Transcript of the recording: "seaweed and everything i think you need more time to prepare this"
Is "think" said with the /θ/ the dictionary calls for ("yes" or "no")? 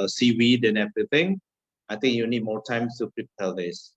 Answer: no